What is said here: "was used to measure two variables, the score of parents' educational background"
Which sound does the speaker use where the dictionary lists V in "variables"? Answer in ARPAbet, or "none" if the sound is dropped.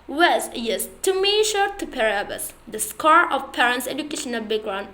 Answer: P